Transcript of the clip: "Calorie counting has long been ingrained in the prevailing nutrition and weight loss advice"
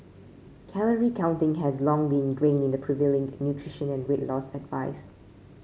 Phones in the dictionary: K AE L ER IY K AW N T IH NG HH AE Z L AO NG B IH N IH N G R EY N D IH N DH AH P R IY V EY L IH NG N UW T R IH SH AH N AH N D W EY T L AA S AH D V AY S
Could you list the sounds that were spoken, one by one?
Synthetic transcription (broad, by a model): K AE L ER IY K AW N T IH NG HH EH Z L AO NG B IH N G R EY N IH N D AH P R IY V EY L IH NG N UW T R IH SH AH N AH N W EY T L AA S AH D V AY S